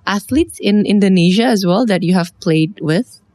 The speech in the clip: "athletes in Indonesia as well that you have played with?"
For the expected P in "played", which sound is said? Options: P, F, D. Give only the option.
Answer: P